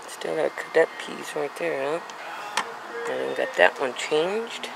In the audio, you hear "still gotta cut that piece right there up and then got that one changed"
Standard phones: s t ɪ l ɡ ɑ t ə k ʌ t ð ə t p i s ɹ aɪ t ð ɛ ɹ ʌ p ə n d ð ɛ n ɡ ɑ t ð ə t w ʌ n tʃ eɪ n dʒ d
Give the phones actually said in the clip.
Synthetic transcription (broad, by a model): s t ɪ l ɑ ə k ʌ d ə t p i s ɹ aɪ t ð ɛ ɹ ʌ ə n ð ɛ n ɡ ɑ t ð ə t w ʌ n tʃ eɪ n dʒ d